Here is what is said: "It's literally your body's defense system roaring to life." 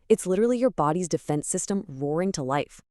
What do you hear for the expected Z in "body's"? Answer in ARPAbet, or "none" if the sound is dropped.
Z